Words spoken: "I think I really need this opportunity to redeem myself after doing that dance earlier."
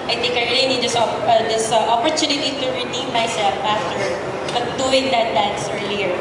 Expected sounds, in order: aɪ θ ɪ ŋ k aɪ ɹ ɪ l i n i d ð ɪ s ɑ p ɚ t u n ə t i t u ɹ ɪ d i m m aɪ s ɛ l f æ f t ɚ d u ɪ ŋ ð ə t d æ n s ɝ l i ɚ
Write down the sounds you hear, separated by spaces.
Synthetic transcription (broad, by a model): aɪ t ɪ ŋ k aɪ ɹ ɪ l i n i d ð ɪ s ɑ p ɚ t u n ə t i t u ɹ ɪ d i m m aɪ s ɛ l f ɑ f t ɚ d u ɪ ŋ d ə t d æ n s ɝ l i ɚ